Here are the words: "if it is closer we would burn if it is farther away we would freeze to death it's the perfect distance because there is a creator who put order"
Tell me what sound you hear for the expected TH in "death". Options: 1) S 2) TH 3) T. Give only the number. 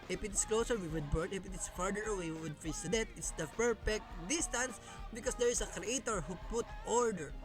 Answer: 3